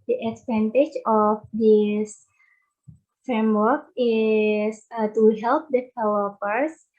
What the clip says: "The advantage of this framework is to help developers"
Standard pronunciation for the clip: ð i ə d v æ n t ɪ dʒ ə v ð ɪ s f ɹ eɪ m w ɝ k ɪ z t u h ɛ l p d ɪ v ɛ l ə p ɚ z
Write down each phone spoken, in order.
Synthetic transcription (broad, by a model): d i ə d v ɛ n t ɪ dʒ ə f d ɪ s f ɹ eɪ m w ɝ k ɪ s t u h ɛ l p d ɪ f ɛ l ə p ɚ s